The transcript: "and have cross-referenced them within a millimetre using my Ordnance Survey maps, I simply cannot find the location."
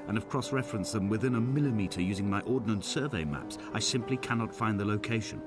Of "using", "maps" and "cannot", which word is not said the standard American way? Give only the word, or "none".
none